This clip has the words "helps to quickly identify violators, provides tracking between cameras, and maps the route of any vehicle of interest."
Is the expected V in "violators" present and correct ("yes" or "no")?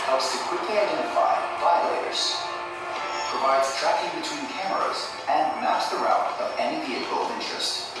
no